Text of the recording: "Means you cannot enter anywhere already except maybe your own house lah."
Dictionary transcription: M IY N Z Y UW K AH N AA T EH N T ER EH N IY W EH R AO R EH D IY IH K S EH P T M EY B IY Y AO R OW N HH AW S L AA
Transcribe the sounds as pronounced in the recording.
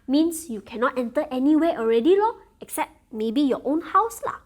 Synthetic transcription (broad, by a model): M IY N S Y UW K AH N AA T EH N T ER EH N IY W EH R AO R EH D IY IH K S EH P T M EY B IY Y AO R OW N HH AW S L AA